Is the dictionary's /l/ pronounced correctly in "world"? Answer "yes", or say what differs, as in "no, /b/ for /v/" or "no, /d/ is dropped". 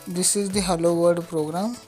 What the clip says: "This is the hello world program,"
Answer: no, /l/ is dropped